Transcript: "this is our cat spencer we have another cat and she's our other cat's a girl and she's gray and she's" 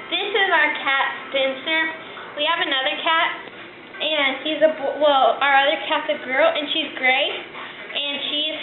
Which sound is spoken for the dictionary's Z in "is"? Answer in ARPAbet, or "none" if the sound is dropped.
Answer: Z